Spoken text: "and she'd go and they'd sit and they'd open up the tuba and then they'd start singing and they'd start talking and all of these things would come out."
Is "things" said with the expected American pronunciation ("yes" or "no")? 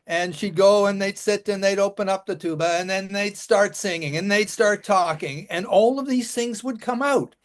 yes